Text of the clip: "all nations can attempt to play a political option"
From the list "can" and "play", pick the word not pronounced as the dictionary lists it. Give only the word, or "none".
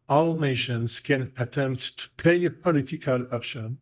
play